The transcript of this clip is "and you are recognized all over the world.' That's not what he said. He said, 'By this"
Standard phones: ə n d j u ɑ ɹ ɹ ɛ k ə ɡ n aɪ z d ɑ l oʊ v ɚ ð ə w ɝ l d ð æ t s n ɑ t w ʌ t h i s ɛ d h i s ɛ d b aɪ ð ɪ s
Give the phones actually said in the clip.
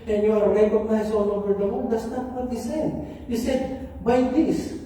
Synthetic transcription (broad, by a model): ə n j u ɑ ɹ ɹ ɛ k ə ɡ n aɪ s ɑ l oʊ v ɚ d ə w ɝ n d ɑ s n ɑ t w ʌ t h i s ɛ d h i s ɛ d b aɪ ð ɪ s